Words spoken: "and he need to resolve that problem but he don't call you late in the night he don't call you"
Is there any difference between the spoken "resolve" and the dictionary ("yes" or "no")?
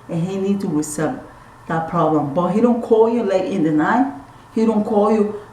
yes